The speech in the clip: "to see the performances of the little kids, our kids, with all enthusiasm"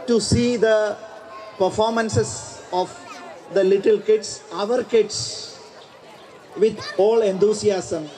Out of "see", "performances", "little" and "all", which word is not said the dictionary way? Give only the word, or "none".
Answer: performances